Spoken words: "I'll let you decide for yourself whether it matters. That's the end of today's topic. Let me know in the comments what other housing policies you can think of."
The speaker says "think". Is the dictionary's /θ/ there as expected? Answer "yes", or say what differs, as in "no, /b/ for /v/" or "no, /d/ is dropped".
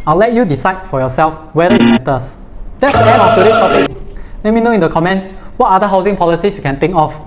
no, /t/ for /θ/